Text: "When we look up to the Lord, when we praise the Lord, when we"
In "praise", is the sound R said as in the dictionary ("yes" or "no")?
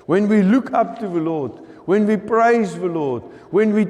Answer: yes